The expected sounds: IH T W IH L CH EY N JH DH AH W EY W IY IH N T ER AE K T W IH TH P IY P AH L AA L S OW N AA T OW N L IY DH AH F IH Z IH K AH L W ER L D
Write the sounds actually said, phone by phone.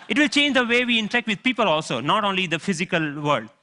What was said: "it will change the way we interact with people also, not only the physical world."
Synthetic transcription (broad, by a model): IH T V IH L CH EY N JH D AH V EY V IY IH N T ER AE K T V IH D P IY P AH L AA L S OW N AA T OW N L IY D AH F IH Z IH K AH L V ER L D